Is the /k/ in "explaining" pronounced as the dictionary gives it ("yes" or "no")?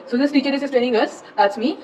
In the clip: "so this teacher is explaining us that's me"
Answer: no